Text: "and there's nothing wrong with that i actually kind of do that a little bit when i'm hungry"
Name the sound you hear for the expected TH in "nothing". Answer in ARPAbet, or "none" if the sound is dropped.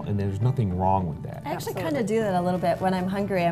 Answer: TH